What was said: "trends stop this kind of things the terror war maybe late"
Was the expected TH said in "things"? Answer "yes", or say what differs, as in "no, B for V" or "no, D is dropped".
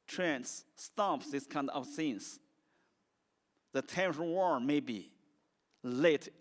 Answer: no, S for TH